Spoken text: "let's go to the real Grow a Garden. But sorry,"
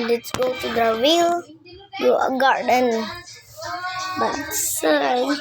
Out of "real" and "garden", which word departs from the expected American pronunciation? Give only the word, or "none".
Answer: real